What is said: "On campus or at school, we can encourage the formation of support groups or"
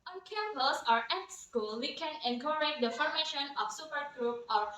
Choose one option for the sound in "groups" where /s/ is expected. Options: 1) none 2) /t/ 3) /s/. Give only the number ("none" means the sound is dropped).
1